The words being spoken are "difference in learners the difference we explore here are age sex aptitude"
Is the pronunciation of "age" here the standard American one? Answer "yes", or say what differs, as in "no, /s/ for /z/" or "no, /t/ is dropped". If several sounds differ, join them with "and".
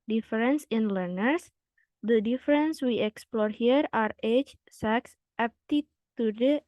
no, /tʃ/ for /dʒ/